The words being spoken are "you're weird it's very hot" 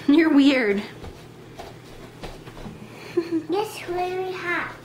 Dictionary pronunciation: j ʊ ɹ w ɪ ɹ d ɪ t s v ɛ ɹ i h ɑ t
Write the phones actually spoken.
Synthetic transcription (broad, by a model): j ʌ ɹ w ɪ ɹ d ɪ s w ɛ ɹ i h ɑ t